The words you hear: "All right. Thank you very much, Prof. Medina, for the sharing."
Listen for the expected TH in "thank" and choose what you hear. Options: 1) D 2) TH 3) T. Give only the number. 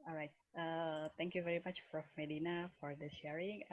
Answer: 3